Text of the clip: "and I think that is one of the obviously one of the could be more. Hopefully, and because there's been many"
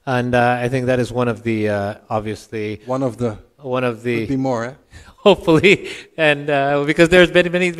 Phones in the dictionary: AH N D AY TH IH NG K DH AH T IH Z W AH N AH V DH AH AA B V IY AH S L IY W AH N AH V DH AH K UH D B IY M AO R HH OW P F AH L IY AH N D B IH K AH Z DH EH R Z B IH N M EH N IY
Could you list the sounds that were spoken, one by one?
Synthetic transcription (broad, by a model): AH N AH AY TH IH NG K DH AH T IH Z W AH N AH V DH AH AA B V IY AH S L IY W AH N AH V DH AH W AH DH B IY M AO R HH OW P F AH L IY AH N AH B IH K AH Z DH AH R Z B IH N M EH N IY